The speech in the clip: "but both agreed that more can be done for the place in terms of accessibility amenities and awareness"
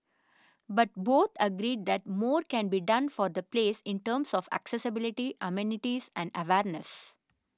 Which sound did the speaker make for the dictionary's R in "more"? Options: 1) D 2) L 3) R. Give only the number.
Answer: 3